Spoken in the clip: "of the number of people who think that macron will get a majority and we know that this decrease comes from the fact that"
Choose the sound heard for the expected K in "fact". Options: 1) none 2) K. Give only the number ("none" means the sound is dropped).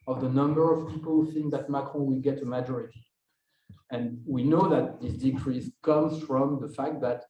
2